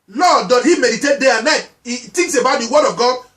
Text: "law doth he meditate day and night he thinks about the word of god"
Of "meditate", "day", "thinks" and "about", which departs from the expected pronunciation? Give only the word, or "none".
thinks